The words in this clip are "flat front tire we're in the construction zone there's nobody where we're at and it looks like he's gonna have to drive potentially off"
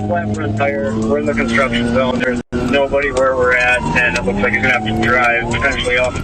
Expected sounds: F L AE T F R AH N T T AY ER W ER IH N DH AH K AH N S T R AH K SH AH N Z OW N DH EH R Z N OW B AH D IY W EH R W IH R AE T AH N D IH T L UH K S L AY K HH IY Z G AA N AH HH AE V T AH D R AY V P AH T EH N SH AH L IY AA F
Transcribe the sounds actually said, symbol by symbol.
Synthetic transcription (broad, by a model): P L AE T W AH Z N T AY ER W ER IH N DH AH K AH N S T R AH K SH AH N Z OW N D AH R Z N OW B AH D IY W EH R W IH R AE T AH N IH T L UH K S L AY K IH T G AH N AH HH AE F T AH D R AY V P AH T EH N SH L IY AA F